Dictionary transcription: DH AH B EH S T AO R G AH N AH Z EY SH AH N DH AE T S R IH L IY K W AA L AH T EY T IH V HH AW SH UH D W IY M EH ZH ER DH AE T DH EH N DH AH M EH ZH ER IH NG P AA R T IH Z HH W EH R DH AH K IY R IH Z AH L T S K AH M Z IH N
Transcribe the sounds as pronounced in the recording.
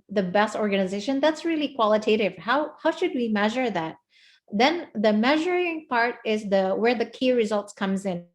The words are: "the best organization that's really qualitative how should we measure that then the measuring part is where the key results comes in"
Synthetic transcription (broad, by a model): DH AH B EH S T AO R G AH N AH Z EY SH AH N DH AE T S R IH L IY K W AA L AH T EY T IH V HH AW SH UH D W IY M EH ZH ER DH AE T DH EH N DH AH M EH ZH ER IH NG P AA R T IH Z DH W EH R DH AH K IY R IH Z AH L T S K AH M Z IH N